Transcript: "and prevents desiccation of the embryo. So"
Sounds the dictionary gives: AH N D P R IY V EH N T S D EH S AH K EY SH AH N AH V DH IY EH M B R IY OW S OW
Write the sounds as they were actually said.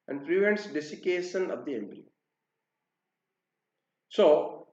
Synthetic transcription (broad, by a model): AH N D P R IY V EH N T S D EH S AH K EY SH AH N AH V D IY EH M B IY S OW